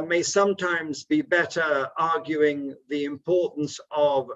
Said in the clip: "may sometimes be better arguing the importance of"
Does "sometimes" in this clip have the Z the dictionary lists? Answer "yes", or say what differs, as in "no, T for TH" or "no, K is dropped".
yes